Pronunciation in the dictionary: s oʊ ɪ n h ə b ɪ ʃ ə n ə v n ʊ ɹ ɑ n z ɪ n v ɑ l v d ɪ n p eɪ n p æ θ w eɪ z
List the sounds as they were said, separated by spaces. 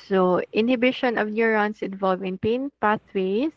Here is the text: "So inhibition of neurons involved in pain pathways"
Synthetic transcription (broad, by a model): s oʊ ɪ n h ə b ɪ ʃ ə n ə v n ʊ ɹ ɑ n s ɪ n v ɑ l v ɪ n p eɪ n p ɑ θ w eɪ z